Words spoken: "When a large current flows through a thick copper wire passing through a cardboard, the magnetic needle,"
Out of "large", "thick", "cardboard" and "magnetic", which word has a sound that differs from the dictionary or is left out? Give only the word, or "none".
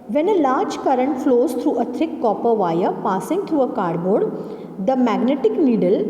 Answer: thick